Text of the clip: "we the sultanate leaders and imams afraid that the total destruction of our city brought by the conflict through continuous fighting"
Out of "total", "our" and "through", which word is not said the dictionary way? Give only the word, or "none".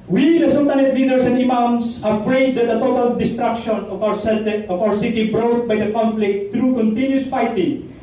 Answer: through